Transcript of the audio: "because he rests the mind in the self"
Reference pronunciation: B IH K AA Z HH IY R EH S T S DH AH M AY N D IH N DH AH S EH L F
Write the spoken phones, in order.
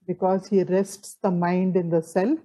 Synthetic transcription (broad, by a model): B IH K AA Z HH IY R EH S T S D AH M AY N D IH N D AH S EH L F